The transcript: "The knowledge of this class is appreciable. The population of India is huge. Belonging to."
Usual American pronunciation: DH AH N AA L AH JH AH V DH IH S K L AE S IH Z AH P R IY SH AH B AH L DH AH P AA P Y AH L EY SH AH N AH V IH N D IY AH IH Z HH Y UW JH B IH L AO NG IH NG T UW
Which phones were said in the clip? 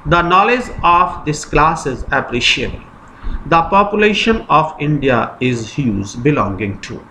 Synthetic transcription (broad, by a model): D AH N AA L AH JH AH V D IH S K L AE S IH Z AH P R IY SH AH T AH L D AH P AA P Y AH L EY SH AH N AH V IH N D IY AH IH Z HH Y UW Z B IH L AO NG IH NG T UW